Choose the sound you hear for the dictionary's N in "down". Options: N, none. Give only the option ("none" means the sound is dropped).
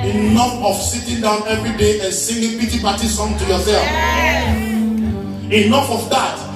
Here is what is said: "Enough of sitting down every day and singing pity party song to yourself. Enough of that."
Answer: N